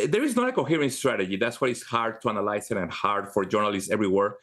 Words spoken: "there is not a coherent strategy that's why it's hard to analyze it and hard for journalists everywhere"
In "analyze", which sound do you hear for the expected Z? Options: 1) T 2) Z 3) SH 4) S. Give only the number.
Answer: 4